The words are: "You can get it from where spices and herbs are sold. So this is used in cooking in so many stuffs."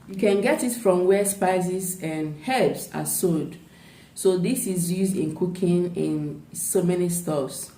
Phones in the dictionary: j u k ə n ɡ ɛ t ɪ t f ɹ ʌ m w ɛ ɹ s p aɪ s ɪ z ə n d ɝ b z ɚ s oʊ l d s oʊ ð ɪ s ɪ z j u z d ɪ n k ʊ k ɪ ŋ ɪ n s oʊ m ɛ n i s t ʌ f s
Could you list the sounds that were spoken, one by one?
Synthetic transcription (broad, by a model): j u k ə n ɡ ɛ t ɪ t f ɹ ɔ m w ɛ s p aɪ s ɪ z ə n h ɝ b s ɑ s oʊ d s oʊ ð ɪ s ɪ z j u z d ɪ n k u k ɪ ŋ ɪ n s oʊ m ɛ n i s t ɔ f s